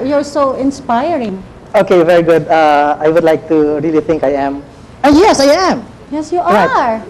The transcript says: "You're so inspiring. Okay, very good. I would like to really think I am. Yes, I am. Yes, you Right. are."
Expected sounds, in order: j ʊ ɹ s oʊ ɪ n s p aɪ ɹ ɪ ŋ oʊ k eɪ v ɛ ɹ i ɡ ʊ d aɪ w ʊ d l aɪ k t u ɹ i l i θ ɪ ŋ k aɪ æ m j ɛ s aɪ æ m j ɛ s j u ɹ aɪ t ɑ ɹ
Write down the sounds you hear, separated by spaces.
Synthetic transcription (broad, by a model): j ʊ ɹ s oʊ ɪ n s p aɪ ɹ ɪ ŋ oʊ k eɪ v ɛ ɹ i ɡ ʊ d aɪ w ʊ d l aɪ k t u ɹ i l i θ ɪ ŋ k aɪ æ m j ɛ s aɪ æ m j ɛ s j u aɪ ɑ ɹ